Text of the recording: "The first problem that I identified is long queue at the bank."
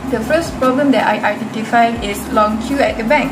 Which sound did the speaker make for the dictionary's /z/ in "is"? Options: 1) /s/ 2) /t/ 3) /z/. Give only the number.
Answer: 1